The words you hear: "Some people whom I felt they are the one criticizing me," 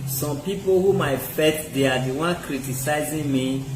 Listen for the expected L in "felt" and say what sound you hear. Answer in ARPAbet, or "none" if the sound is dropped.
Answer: none